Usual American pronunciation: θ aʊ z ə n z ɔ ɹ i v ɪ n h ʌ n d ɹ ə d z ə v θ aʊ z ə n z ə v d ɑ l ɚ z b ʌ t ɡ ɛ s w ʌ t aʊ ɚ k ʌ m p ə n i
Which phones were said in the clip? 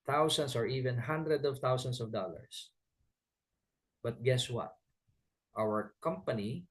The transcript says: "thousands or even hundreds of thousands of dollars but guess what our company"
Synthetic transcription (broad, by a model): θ aʊ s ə n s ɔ ɹ i v ɪ n h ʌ n d ɹ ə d ə v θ aʊ s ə n s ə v d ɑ l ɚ s b ʌ t ɡ ɛ s w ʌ t aʊ ɚ k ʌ m p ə n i